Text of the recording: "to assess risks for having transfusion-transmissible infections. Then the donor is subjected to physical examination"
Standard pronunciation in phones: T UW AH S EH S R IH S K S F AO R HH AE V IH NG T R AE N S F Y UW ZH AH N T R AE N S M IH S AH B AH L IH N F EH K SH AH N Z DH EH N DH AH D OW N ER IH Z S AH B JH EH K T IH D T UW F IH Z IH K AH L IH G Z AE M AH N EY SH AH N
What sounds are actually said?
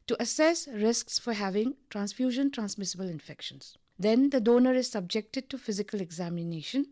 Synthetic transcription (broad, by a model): T UW AH S EH S R IH S K S F AO R HH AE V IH NG T R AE N S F Y UW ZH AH N T R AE N S M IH S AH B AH L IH N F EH K SH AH N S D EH N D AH D OW N ER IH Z S AH B JH EH K T IH D T UW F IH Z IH K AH L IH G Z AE M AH N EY SH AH N